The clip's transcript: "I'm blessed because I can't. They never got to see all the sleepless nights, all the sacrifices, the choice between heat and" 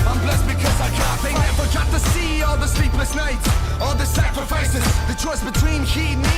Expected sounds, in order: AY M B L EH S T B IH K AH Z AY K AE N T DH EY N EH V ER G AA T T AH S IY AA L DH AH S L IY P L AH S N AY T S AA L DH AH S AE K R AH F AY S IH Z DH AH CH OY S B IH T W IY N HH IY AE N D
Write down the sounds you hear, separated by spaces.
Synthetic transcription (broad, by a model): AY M B L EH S B IH K AH Z AY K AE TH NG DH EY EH F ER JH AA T T AH S IY AA L DH AH S L IY P L AH S N AY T AA L DH AH S AE K R AH F AY S IH Z DH AH CH OY S B IH T W IY N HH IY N